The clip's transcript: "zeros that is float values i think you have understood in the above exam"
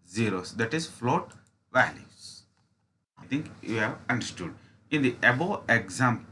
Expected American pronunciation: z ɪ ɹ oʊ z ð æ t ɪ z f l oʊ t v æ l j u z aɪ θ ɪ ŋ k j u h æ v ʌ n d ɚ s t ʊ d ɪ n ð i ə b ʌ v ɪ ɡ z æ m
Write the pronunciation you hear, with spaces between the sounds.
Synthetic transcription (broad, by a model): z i ɹ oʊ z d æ t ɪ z f l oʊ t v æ l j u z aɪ t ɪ ŋ k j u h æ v ʌ n d ɚ s t ʊ d ɪ n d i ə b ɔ ɪ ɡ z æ m